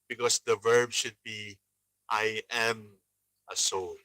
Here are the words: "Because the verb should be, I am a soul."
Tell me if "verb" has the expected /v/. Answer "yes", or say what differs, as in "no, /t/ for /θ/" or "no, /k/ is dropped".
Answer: yes